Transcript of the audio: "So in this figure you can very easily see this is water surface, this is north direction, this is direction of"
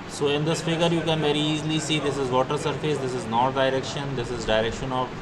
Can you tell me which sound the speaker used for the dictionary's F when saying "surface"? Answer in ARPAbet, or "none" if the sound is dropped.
F